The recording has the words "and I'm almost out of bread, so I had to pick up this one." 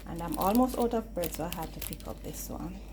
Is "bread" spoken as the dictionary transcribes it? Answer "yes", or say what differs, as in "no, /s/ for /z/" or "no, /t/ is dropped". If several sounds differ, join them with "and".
no, /ɹ/ is dropped